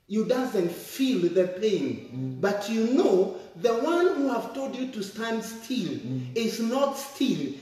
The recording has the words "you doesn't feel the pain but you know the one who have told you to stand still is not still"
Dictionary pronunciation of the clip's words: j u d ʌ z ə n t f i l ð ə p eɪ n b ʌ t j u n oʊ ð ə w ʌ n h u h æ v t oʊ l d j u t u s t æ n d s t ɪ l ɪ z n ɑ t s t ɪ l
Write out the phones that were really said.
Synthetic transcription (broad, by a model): j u d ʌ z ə n t f i l ð ə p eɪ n b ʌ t j u n oʊ ð ə w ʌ n h u h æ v t oʊ l d j u t u s t æ n d s t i l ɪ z n ɑ t s t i l